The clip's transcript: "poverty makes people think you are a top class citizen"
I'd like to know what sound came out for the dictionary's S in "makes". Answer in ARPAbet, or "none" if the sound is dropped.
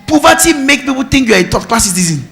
none